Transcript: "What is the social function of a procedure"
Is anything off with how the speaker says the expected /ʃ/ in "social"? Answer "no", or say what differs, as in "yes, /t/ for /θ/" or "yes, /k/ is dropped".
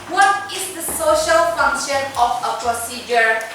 no